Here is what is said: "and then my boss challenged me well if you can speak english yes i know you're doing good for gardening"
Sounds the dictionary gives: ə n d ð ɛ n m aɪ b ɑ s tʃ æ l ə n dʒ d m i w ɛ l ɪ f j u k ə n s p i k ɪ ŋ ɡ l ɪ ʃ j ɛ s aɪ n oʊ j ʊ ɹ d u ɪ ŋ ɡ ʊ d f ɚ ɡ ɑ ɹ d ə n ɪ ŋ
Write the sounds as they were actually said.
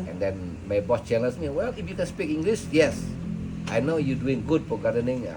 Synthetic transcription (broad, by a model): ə n d ɛ n m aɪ b ɑ s tʃ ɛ n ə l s m i w ɛ l ɪ f j u k ə n s p i k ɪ ŋ ɡ l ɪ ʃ j ɛ s aɪ n oʊ j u d u ɪ ŋ ɡ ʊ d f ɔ ɡ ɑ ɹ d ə n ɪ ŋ